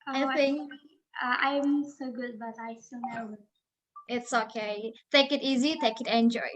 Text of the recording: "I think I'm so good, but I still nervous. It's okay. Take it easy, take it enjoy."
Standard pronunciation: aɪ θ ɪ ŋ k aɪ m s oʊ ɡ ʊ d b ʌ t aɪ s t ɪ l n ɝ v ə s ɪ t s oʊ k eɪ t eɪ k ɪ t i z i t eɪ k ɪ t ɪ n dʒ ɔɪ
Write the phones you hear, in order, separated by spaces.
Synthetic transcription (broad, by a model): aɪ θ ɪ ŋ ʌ aɪ m s oʊ ɡ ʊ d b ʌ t aɪ s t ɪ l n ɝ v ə ɪ t s oʊ k eɪ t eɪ k ɪ t i z i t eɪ k ɪ t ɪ n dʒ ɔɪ